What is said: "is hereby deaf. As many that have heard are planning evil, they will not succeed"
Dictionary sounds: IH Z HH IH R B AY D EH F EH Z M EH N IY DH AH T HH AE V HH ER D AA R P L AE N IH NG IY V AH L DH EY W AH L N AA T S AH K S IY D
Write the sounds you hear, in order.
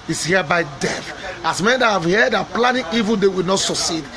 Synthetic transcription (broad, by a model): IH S HH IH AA B AY D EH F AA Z M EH N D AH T HH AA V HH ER D AA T P L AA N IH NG IY V AH L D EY W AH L N AA T S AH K S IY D